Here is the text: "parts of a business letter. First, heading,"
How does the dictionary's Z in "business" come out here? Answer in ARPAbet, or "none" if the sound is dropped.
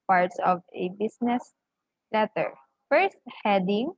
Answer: S